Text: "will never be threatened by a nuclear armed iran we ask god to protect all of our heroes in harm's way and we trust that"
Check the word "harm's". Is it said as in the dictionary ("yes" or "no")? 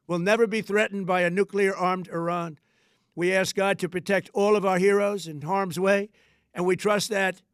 yes